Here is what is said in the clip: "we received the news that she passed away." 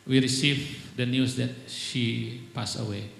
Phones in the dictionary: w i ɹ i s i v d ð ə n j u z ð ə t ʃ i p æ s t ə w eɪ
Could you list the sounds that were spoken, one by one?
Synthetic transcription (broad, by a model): w i ɹ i s i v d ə n j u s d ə t ʃ i p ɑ s ə w eɪ